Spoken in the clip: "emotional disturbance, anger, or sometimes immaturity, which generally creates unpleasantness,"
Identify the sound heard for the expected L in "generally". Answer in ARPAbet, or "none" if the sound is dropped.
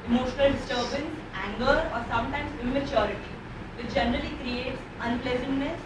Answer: L